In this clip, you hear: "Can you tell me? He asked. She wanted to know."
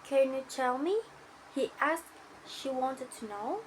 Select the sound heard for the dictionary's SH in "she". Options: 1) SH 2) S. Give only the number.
1